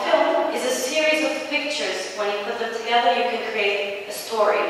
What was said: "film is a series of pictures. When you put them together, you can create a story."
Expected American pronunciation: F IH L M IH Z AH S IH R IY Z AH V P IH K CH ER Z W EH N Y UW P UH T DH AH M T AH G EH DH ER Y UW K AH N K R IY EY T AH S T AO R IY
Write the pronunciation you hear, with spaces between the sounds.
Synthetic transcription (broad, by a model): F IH L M IH Z AH S IH R IY Z AH V P IH K CH ER Z W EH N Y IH P UH T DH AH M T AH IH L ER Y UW K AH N K R IY EY T AH S T AO R IY